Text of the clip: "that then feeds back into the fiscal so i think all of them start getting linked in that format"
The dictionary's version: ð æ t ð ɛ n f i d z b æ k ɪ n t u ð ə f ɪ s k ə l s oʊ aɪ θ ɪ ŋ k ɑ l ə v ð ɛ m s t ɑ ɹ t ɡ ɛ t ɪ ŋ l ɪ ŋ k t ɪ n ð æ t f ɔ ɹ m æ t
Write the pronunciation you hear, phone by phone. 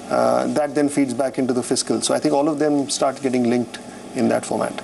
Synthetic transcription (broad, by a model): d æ t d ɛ n f i d z b æ k ɪ n t u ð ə f ɪ s k ə l s oʊ aɪ t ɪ ŋ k ɑ l ə v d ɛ m s t ɑ ɹ t ɡ ɛ t ɪ ŋ l ɪ ŋ k t ɪ n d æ t f ɔ ɹ m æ t